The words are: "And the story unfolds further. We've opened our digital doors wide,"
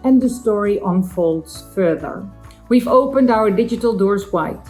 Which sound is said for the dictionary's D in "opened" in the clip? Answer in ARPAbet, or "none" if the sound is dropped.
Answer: D